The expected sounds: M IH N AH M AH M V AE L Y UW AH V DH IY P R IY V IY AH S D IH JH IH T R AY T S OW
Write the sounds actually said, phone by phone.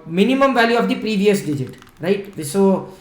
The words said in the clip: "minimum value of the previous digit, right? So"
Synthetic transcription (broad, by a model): M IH N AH M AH M V AE L Y UW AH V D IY P R IY V IY AH S D IH JH IH T R AY T S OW